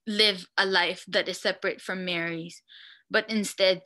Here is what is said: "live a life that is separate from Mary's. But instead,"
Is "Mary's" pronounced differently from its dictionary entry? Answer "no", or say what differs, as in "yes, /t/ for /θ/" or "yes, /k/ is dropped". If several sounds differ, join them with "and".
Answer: no